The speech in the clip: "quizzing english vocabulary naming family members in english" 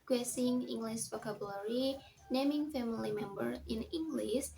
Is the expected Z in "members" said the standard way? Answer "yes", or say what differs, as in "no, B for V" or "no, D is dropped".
no, Z is dropped